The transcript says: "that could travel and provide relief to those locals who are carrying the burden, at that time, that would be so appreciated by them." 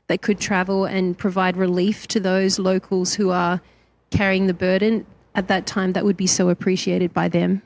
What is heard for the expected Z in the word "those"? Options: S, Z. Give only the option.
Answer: Z